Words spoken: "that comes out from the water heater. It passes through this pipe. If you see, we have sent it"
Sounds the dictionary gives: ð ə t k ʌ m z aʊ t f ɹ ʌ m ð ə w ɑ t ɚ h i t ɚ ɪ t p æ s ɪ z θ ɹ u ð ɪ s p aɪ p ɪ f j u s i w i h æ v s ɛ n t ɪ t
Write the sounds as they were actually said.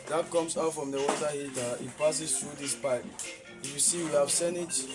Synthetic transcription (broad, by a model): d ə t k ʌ m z aʊ t f ɹ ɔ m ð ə w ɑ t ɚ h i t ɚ ɪ t p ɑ s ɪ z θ ɹ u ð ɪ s p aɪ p ɪ f j u s i w i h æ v s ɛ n ɪ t